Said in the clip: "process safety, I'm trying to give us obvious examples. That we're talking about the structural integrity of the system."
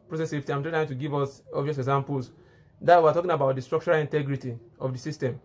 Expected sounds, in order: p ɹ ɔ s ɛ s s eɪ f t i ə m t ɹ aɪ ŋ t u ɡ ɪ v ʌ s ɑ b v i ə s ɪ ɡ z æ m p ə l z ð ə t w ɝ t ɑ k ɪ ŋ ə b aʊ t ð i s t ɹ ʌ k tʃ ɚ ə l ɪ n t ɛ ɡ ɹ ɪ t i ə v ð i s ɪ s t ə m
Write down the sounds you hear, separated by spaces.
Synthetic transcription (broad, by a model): p ɹ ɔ s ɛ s s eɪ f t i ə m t aɪ t u ɡ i v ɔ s ɑ b v i ə s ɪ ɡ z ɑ m p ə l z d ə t w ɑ t ɑ k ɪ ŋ ə b aʊ t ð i s t ɹ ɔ k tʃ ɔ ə l ɪ n t ɛ ɡ ɹ ɪ t i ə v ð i s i s t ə m